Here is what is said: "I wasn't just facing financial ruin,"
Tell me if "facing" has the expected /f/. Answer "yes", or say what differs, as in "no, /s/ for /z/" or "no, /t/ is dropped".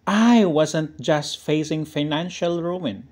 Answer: yes